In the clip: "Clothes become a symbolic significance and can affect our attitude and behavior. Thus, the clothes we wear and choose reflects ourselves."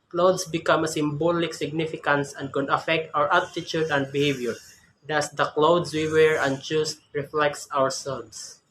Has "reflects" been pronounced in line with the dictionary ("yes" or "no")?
yes